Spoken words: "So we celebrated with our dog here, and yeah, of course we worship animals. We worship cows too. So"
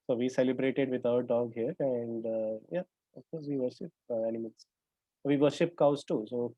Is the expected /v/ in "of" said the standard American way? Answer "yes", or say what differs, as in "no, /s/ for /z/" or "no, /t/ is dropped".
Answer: no, /f/ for /v/